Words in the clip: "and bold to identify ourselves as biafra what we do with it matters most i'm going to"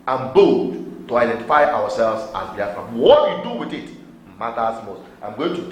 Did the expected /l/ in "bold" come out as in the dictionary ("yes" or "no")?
no